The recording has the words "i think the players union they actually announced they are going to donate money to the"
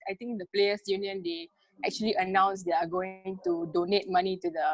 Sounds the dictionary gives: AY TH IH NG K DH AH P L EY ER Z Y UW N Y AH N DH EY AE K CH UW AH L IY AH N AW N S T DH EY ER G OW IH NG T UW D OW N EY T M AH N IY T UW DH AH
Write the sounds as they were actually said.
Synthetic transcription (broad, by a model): AY T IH NG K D AH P L EY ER S Y UW N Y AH N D EY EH K CH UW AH L IY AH N AW N S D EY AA G OW IH NG T UW D OW N EY T M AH N IY T UW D AH